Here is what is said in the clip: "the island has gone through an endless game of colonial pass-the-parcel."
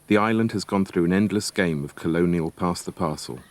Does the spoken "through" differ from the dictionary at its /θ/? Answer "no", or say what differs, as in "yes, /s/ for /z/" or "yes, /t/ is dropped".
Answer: no